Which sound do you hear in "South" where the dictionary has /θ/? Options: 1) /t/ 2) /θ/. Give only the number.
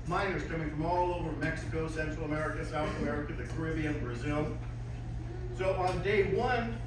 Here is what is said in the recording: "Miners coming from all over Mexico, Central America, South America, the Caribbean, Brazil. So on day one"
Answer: 2